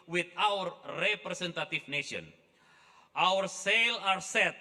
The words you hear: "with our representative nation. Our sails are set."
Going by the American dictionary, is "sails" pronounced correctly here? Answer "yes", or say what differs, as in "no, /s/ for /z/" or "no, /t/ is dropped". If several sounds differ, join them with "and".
no, /z/ is dropped